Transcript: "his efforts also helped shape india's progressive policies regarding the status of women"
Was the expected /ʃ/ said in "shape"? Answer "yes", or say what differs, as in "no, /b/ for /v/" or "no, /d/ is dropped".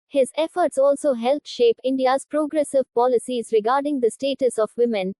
yes